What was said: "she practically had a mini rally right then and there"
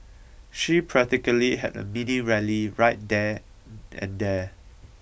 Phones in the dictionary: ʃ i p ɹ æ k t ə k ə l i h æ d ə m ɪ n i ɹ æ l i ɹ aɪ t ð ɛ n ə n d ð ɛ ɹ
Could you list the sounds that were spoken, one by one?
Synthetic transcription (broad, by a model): ʃ i p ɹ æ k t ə k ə l i h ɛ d ə m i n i ɹ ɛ l i ɹ aɪ t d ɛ ə n d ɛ